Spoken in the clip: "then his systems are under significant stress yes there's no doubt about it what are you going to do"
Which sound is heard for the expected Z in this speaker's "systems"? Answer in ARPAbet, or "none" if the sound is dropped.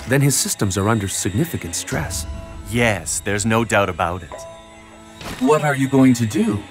Z